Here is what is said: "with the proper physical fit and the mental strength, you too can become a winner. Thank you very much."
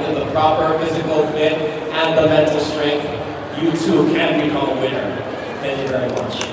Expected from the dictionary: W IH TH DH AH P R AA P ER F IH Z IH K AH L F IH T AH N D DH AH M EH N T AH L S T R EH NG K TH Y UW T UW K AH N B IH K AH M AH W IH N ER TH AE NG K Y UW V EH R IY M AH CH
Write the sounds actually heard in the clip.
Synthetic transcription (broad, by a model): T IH DH AH P R AA P ER F IH Z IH K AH L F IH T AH N DH AH M EH N T L S T R EH NG K TH Y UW T UW K AH N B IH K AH AH W IH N ER TH AE NG K Y UW V EH R IY M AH CH